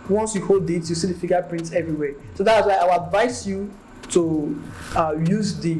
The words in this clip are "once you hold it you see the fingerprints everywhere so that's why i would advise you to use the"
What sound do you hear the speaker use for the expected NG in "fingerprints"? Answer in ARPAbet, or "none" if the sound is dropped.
none